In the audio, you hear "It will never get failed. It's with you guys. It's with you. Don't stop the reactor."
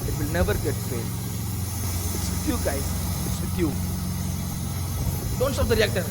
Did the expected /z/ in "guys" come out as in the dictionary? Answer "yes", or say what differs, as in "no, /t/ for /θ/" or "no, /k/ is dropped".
no, /z/ is dropped